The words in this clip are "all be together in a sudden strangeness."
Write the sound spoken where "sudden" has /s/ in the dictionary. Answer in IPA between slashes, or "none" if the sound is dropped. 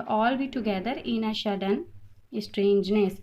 /ʃ/